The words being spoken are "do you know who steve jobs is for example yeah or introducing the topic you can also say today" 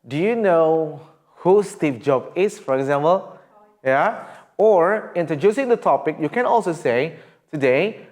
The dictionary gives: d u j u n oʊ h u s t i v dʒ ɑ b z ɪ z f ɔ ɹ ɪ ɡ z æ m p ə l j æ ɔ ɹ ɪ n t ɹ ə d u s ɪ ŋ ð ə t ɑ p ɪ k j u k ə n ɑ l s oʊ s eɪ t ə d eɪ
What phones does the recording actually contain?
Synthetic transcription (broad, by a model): d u j u n oʊ h u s t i p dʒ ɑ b ɪ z f ɔ ɹ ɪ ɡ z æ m p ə l j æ ɔ ɹ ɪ n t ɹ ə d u s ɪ ŋ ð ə t ɑ p ɪ k j u k ə n ɑ l s oʊ s eɪ t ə d eɪ